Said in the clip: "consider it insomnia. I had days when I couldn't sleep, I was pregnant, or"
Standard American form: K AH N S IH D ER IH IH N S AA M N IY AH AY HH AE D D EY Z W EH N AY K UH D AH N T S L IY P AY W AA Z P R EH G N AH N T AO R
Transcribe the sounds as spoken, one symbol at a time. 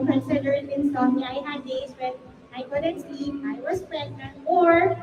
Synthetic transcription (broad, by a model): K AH N S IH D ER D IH N S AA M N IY AY HH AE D D EY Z W EH N AY K UH D AH N T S IY AY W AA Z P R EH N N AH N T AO R